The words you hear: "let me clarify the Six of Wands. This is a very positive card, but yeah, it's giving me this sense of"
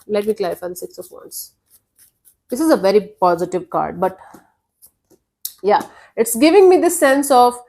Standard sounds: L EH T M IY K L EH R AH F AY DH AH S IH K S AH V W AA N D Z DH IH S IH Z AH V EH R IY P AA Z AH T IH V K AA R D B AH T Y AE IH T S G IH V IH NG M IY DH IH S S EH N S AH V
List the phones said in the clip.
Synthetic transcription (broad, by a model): L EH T M IY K L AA AH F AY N S IH K S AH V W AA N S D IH S IH Z AH V EH R IY P AA Z AH T IH V K AA R D B AH T Y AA IH T S G IH V IH NG M IY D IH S S EH N S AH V